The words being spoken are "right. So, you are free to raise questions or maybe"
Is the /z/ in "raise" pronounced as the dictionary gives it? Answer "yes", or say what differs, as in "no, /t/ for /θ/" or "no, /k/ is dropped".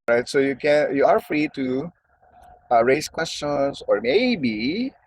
no, /s/ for /z/